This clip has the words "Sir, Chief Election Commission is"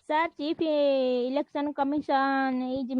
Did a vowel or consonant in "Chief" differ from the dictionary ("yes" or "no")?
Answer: yes